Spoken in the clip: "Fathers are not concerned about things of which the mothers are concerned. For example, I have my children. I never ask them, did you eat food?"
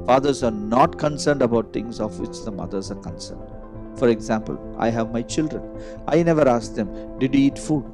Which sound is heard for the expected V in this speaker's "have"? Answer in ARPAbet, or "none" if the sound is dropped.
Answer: V